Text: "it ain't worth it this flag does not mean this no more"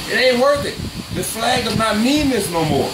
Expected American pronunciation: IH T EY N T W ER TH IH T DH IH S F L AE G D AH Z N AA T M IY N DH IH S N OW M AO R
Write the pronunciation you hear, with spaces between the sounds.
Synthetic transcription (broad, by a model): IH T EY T W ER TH IH T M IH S F L AE G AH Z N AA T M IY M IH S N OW M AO R